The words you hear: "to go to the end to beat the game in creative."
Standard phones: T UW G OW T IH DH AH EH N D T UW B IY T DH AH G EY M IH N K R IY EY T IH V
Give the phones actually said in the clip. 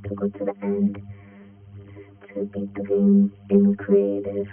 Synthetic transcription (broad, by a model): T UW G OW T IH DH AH EH N D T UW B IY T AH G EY IH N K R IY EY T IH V